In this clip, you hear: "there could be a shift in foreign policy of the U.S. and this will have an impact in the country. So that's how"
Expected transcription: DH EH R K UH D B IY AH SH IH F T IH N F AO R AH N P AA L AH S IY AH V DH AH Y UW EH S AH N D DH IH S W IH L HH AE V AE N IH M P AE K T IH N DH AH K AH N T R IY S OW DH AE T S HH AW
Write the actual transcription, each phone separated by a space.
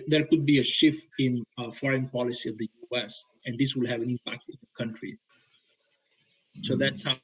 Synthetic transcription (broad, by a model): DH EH R K UH D B IY AH SH IH F T IH N F AO R AH N P AA L AH S IY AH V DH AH Y UW EH S AH N D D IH S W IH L HH AE V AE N IH M P AE K T IH N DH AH K AH N T R IY S OW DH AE T S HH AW